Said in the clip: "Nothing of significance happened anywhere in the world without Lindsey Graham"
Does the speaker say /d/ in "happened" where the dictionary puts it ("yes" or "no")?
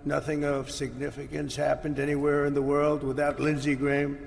yes